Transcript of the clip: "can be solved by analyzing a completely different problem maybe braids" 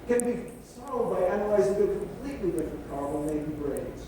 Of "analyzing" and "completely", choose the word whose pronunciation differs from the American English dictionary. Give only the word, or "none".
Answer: none